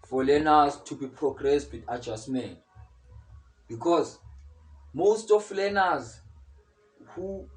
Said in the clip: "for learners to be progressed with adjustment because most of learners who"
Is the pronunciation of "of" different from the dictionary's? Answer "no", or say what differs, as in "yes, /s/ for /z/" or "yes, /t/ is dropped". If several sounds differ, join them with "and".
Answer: yes, /f/ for /v/